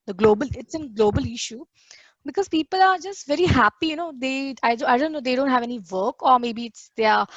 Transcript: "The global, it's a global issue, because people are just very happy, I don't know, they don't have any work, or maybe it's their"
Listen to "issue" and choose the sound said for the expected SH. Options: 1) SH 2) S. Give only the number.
1